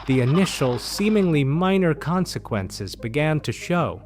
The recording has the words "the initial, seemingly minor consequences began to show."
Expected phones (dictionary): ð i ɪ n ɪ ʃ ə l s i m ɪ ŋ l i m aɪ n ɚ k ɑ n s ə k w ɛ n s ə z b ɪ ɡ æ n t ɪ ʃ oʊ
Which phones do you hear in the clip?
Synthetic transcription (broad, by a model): ð i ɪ n ɪ ʃ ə l s i m ɪ ŋ l i m aɪ n ɚ k ɑ n s ə k w ɛ n s ə z b ɪ ɡ æ n t ɪ ʃ oʊ